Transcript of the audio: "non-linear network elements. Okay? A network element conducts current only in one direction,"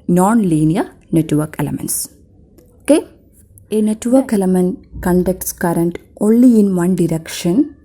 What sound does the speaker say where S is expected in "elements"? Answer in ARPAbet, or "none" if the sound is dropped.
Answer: S